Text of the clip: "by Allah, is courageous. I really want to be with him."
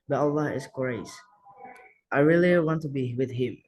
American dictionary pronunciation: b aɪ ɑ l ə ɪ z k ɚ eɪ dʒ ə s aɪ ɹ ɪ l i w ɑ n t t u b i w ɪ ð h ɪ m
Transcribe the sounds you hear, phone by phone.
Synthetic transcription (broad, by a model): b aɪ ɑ l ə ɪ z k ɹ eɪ ə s aɪ ɹ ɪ l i w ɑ n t t u b i w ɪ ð h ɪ m